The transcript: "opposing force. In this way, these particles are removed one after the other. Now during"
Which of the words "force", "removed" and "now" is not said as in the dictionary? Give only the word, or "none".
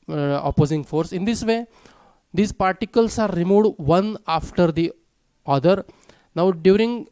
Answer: removed